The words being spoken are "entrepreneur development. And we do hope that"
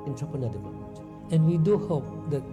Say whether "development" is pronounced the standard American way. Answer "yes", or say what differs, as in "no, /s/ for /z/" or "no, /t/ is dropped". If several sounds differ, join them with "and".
no, /p/ is dropped